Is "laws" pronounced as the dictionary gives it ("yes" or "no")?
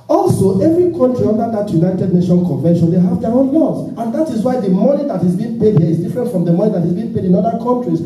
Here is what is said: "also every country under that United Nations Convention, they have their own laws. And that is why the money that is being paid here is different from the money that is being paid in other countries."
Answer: no